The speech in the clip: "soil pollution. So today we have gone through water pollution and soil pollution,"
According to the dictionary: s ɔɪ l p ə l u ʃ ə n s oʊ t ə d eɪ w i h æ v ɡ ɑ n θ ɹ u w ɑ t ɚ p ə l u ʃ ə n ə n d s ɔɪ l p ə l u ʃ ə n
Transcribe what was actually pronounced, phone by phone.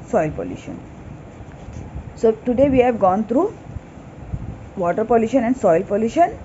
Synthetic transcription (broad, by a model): s ɔɪ l p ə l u ʃ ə n s oʊ t ə d eɪ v i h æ v ɡ ɑ n t ɹ u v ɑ t ɚ p ə l u ʃ ə n ə n d s ɔɪ l p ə l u ʃ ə n